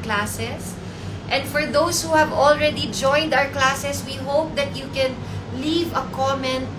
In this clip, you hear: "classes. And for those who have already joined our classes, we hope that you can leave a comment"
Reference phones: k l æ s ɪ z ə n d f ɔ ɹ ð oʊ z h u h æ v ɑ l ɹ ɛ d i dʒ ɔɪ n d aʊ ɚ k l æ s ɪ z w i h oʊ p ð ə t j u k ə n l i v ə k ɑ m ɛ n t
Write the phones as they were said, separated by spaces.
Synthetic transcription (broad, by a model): k l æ s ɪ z ə n d f ɔ ɹ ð oʊ s h u h æ v ɑ l ɹ ɛ d i dʒ ɔɪ n d aʊ ɚ k l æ s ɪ s w i h oʊ p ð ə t j u k ə n l i v ə k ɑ m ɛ n